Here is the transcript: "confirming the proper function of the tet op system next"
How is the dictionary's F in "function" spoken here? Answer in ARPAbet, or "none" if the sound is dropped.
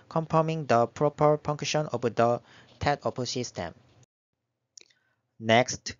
P